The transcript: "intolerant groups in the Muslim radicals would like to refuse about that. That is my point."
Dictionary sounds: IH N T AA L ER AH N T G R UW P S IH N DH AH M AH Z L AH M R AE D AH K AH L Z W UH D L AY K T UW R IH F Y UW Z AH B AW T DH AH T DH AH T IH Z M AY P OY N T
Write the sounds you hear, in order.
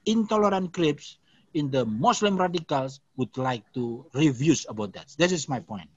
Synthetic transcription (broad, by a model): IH N T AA L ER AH N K R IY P S IH N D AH M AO S L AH M R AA D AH K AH L S W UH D L AY K T UW R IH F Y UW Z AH B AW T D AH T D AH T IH S M AY P OY N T